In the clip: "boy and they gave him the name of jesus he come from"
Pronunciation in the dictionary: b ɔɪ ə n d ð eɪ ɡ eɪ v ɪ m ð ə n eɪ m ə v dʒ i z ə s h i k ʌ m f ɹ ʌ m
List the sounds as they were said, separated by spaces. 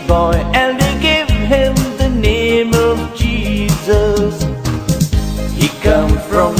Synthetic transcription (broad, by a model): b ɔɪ ə n d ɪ ɡ eɪ v ɪ m ð ə n eɪ m ə v dʒ i z ə s h i k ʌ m f ɹ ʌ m